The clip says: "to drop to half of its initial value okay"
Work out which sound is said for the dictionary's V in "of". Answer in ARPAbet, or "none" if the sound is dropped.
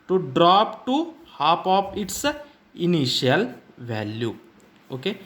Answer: P